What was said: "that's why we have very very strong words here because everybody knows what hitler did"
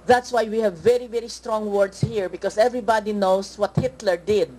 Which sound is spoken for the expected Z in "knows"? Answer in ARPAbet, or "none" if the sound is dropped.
S